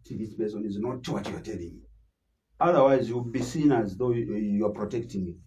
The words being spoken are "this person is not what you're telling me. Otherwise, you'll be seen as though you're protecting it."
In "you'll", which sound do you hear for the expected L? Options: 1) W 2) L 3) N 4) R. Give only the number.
1